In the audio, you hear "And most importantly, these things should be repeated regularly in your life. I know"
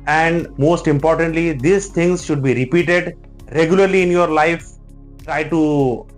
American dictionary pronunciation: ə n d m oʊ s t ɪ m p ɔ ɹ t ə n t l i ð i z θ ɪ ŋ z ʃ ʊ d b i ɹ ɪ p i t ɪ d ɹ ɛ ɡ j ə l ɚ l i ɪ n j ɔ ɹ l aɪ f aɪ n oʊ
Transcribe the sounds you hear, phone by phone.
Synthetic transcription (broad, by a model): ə n d m oʊ s t ɪ m p ɔ ɹ t ə n t l i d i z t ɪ ŋ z ʃ ʊ d b i ɹ ɪ p i t ɪ d ɹ ɛ ɡ j ə l ɚ l i ɪ n j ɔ ɹ l aɪ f aɪ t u